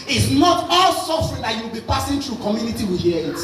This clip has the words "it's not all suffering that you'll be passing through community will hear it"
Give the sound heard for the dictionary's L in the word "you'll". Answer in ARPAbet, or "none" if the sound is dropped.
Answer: W